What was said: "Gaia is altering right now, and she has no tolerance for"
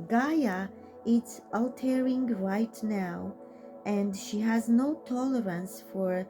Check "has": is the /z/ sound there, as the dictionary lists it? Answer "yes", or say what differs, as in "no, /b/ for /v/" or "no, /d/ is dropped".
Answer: yes